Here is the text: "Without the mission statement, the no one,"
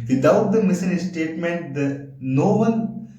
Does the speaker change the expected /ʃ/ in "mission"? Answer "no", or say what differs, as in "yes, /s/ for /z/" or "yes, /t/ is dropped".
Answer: yes, /s/ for /ʃ/